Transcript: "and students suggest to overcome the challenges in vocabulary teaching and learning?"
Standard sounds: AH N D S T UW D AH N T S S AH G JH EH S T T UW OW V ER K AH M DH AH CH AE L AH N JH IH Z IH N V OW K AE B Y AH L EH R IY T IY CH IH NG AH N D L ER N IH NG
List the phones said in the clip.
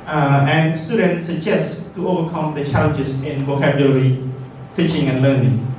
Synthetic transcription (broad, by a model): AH N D S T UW D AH N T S S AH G JH EH S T T UW OW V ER K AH M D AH CH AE L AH N JH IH S IH N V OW K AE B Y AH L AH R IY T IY CH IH NG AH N L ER N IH NG